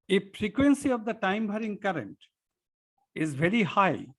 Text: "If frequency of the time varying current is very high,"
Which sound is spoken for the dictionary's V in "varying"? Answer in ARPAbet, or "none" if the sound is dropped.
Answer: B